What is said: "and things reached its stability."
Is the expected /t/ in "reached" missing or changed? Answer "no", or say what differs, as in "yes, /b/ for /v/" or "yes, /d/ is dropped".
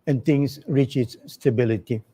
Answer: yes, /t/ is dropped